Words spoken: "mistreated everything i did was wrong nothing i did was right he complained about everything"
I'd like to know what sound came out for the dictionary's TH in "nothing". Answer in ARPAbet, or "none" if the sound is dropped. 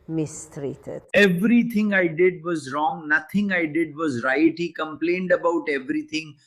T